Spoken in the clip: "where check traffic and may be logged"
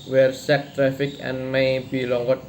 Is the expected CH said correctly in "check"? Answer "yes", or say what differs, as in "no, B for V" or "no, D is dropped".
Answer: no, S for CH